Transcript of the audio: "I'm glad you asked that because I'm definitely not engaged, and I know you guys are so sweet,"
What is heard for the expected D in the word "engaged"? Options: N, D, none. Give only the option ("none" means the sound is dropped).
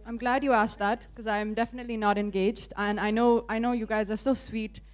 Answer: D